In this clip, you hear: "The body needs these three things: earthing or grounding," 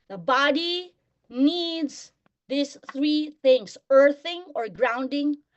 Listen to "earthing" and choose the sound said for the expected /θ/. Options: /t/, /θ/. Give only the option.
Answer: /θ/